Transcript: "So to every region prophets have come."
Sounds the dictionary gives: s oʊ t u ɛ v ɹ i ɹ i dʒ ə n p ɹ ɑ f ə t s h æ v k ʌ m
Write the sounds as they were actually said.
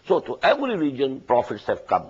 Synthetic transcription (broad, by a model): s oʊ t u ɛ v ɹ i ɹ i dʒ ə n p ɹ ɑ f ə t s h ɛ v k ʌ m